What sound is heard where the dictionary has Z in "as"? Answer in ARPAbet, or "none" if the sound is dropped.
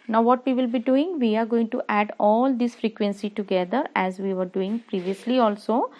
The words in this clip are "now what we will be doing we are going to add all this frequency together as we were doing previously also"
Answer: Z